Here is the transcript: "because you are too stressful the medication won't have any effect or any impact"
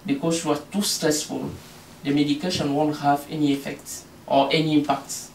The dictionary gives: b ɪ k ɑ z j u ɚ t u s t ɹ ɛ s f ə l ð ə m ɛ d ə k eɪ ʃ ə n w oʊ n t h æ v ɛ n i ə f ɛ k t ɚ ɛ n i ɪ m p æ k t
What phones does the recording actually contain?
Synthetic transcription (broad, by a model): b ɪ k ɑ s j u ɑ t u s t ɹ ɛ s f ə l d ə m ɛ d ə k eɪ ʃ ə n w oʊ n t h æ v ɛ n i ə f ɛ k t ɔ ɛ n i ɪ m p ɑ k t